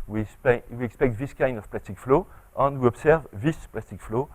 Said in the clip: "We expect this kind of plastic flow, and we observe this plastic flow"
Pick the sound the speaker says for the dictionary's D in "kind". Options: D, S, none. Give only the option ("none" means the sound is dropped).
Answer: D